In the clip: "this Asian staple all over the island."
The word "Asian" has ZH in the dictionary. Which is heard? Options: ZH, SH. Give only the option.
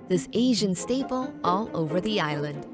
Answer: ZH